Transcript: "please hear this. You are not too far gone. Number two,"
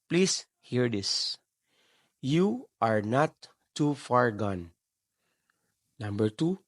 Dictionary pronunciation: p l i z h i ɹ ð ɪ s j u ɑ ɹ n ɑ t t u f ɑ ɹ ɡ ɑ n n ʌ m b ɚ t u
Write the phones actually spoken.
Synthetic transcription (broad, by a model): p l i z h i ɹ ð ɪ s j u ɑ ɹ n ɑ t t u f ɑ ɹ ɡ ɑ n n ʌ m b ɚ t u